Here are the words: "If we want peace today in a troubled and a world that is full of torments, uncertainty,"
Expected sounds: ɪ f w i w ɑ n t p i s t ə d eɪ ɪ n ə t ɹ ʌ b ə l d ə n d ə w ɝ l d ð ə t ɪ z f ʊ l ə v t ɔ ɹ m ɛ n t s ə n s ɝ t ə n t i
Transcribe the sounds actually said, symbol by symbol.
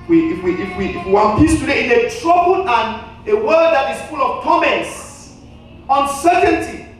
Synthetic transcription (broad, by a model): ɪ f w i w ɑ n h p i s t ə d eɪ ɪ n ə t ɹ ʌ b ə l ə n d ə w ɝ d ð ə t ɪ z f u l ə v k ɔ m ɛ n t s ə n s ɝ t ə n t i